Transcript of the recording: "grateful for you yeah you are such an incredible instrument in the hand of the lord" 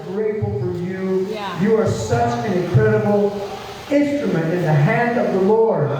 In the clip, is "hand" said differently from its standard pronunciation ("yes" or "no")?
no